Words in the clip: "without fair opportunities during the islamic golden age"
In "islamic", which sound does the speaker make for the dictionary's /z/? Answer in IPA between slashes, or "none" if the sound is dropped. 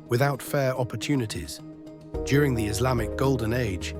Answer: /z/